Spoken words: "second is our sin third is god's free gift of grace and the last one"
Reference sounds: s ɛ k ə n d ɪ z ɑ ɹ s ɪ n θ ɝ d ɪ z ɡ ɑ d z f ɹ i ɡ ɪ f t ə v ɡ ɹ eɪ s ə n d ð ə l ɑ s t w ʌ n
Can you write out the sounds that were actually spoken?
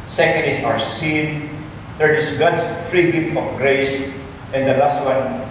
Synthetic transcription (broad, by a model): s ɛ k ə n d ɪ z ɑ w s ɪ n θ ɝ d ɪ s ɡ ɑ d s f ɹ i ɡ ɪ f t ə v ɡ ɹ eɪ s ə n d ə l ɑ s t w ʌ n